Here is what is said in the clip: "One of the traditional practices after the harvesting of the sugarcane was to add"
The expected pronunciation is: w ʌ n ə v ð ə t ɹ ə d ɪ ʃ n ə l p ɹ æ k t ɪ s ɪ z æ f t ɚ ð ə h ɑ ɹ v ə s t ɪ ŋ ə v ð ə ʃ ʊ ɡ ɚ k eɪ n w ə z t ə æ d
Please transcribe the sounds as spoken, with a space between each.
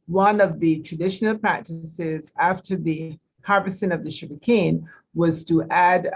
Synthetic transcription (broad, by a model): w ʌ n ə v ð ə t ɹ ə d ɪ ʃ n l p ɹ æ k t ɪ s ɪ z æ f t ɚ ð ə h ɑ ɹ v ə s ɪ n ə v ð ə ʃ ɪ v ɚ k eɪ n w ə z t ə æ d